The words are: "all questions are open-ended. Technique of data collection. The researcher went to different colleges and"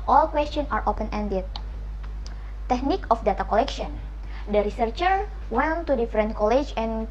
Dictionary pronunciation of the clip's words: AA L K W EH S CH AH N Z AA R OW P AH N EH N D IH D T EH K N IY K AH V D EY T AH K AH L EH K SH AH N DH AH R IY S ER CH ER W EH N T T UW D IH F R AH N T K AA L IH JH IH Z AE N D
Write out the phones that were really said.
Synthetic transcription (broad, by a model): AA L K W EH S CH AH N AA R OW P AH N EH N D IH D T EH K N IY K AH F D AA T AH K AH L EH K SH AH N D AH R IY S ER CH ER W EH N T T UW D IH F R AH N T K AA L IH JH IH N